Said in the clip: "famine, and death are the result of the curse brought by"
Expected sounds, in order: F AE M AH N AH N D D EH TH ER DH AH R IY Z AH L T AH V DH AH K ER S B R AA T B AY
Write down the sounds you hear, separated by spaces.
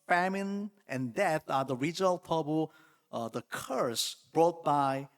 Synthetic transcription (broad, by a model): F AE M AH N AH N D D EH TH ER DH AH R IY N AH L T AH B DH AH K ER S B R AA T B AY